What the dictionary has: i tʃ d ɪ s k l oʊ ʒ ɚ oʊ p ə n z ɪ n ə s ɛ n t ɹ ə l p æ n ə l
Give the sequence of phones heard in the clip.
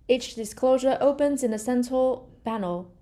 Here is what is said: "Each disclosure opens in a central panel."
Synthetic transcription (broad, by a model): i tʃ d ɪ s k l oʊ ʒ ɚ oʊ p ə n z ɪ n ə s ɛ n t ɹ ə l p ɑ n ə l